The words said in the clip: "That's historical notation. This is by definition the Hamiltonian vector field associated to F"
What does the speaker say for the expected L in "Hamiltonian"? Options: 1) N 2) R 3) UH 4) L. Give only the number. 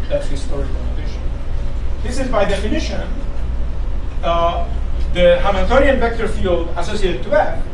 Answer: 1